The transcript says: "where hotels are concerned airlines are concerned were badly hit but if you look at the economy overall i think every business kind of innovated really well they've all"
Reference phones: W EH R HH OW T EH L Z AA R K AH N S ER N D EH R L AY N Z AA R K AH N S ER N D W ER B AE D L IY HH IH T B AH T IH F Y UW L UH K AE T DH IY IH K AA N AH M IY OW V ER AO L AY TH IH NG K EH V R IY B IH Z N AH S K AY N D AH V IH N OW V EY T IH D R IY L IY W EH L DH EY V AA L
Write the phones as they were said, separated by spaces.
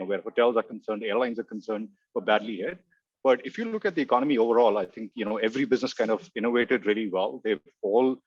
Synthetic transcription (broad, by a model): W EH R HH OW T EH L Z AA R K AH N S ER N D EH R L AY N Z AA R K AH N S ER N D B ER B AE D L IY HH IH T B AH T IH F Y UW L UH K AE T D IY IH K AA N AH M IY OW V ER AO L AY T IH NG K EH V R IY B IH Z N AH S K AY N D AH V IH N OW V EY T IH D R IY L IY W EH L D EY F AA L